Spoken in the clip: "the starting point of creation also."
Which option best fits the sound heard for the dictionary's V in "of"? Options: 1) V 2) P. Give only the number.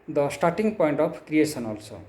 2